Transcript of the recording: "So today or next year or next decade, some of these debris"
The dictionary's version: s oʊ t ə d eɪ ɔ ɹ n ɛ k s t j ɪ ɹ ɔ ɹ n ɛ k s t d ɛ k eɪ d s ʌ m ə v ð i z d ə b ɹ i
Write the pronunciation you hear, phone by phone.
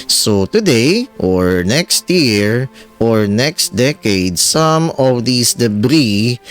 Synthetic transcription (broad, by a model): s oʊ t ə d eɪ ɔ ɹ n ɛ k s t j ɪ ɹ ɔ ɹ n ɛ k s t d ɛ k eɪ d s ʌ m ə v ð i s d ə b ɹ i